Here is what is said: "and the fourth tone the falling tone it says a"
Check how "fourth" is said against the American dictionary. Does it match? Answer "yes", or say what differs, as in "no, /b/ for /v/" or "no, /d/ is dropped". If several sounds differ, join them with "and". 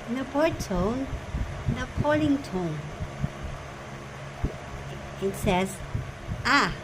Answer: no, /p/ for /f/